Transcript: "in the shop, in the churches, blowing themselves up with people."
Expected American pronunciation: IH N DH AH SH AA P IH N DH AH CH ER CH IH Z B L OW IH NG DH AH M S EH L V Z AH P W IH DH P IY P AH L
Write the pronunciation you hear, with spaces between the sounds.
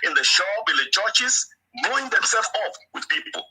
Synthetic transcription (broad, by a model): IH N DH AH SH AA IH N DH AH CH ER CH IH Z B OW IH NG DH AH M S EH L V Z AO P W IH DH P IY P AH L